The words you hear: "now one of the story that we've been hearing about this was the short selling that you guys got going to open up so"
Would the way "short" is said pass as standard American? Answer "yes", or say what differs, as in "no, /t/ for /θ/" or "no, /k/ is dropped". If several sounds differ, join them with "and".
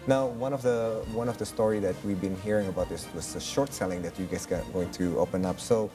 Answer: yes